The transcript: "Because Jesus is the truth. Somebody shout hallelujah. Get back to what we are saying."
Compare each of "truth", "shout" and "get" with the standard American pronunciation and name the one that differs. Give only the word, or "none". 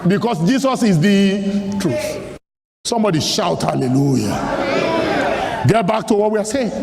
none